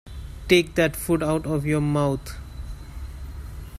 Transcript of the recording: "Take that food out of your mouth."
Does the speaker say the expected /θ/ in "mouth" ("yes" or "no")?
no